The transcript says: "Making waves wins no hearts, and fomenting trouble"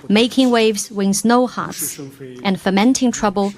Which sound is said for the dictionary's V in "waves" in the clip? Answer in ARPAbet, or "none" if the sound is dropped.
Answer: V